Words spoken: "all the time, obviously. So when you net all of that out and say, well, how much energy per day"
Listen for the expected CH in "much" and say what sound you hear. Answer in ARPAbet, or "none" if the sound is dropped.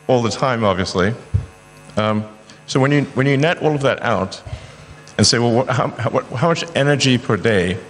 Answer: CH